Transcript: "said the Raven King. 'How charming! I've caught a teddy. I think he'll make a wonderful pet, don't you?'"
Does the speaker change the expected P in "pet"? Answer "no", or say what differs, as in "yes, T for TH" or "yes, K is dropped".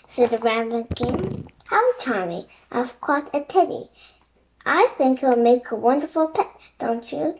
no